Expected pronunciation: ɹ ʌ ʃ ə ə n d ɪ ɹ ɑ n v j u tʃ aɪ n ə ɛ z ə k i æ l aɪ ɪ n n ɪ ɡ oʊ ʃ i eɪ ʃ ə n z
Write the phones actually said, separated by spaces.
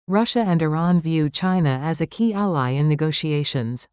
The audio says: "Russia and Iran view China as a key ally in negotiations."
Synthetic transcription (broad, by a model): ɹ ʌ ʃ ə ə n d ɪ ɹ ɑ n v j u tʃ aɪ n ə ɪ z ə k i æ l aɪ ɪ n n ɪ ɡ oʊ ʃ i eɪ ʃ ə n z